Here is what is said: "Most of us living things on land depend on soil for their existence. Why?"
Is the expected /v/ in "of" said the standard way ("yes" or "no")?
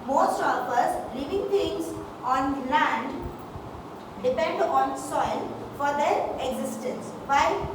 no